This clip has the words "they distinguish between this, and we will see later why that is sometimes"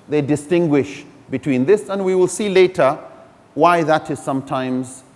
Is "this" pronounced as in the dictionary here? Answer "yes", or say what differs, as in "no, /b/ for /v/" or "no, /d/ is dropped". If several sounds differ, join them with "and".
yes